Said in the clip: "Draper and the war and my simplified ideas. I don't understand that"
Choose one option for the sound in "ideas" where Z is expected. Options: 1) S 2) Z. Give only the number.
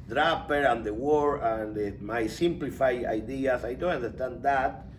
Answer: 1